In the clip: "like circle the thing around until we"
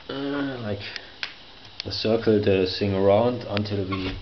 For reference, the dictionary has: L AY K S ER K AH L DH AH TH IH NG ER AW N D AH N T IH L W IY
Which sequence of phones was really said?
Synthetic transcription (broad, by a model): L AY K S ER K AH L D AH S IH NG ER AW N D AH N T IH L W IY